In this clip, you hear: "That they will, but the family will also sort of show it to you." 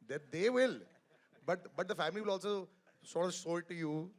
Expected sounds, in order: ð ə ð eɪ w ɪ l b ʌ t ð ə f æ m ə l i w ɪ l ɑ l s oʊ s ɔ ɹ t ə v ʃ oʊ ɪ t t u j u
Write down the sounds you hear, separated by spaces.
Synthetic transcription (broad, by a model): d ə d eɪ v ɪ l b ʌ t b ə f æ m ə l i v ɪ l ɑ l s oʊ s ɔ ɹ t ə v s oʊ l t u j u